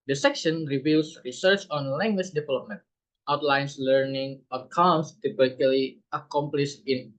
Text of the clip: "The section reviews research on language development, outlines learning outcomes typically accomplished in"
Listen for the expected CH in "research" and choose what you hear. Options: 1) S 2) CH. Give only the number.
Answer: 2